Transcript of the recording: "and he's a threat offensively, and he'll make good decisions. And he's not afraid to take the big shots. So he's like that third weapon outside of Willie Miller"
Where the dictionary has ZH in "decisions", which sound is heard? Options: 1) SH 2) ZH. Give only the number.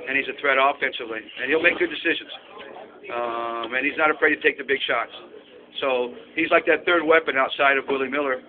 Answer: 2